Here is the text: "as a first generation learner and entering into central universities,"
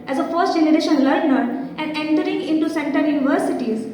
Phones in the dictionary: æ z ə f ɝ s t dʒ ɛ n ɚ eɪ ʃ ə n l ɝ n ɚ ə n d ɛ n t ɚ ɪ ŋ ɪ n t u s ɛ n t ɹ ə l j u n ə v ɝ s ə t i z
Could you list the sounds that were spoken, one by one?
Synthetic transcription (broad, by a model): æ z ə f ɝ s t dʒ ɛ n ɚ eɪ ʃ ə n l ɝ n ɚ ə n d ɛ n t ɚ ɪ ŋ ɪ n t u s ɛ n t ə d j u n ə v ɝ s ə t i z